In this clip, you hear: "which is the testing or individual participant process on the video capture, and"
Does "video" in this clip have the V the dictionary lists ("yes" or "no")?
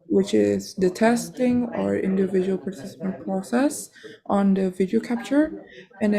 yes